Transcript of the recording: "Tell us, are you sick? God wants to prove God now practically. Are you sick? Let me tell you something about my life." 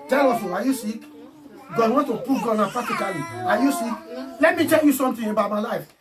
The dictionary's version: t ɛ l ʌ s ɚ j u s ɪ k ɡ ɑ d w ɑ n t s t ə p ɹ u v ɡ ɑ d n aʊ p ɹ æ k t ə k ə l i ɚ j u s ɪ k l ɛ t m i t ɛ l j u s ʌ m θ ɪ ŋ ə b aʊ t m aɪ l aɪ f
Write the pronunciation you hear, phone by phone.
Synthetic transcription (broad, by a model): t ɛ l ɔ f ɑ j u s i k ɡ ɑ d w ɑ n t t ə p u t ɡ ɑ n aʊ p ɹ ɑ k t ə k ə l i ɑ j u s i k l ɛ t m i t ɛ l j u s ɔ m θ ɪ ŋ ə b aʊ t m aɪ l aɪ f